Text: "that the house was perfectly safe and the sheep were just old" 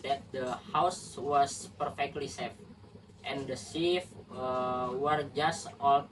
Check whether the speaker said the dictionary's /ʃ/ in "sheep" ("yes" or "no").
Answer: no